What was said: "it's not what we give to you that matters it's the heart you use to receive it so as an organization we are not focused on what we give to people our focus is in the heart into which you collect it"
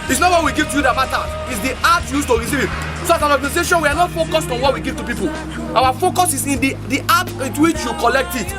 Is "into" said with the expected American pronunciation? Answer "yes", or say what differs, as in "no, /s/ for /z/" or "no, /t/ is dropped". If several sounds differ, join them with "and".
no, /n/ is dropped